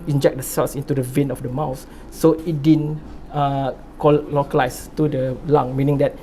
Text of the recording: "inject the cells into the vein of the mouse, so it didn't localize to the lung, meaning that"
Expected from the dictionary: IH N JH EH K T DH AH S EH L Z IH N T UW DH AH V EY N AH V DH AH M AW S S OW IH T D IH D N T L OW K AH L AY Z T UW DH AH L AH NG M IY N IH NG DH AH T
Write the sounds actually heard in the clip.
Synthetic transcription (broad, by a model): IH N JH EH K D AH S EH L S IH N T UW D AH V EY N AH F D AH M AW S S OW IH T D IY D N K L OW K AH L AY S T UW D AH L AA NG M IY N IH NG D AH T